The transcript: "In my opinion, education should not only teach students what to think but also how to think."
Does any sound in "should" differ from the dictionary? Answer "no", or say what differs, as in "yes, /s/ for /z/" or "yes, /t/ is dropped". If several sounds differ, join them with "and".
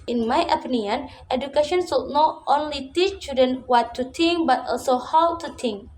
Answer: yes, /s/ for /ʃ/